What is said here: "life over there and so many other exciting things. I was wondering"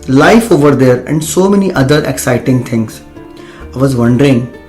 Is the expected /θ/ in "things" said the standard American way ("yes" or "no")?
no